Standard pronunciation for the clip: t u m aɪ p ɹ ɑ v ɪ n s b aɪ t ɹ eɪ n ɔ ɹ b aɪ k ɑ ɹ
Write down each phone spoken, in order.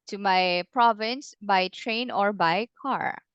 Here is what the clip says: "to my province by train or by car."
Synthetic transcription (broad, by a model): t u m aɪ p ɹ ɑ v ɪ n s b aɪ t ɹ eɪ n ɔ ɹ b aɪ k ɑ ɹ